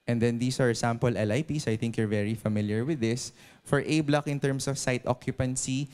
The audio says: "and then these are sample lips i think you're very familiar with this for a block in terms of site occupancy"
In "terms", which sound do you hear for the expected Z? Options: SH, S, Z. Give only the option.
S